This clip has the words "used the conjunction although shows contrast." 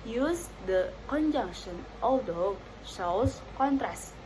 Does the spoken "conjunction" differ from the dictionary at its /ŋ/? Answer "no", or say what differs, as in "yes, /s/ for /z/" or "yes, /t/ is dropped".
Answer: no